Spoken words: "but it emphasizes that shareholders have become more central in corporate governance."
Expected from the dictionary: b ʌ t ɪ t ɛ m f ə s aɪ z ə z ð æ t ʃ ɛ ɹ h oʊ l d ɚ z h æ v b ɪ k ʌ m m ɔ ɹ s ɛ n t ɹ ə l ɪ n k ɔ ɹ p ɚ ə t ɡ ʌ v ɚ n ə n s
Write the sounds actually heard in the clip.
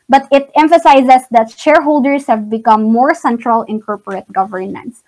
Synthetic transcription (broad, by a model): b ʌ t ɪ t ɛ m f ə s aɪ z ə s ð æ t ʃ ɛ ɹ h oʊ l d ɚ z h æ v b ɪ k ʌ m m ɔ ɹ s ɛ n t ɹ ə l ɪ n k ɔ ɹ p ɚ ə t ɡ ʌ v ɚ n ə n s